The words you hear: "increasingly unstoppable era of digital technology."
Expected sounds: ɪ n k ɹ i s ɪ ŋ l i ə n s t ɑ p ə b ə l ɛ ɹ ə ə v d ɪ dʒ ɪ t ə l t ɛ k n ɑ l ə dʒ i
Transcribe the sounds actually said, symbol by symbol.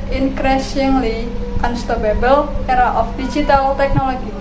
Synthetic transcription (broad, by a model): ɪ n k ɹ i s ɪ ŋ l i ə n s t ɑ b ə b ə l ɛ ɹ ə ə f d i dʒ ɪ t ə l t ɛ k n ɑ l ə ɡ i